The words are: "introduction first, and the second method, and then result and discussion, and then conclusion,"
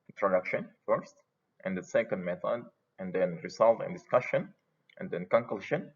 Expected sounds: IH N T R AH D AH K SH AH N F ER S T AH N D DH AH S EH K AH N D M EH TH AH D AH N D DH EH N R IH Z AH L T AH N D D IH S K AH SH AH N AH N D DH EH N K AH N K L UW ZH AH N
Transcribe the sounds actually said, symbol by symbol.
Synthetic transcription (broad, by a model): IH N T R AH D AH K SH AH N F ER S T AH N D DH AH S EH K AH N D M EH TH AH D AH N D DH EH N R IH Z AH L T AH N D D IH S K AH SH AH N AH N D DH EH N K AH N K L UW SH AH N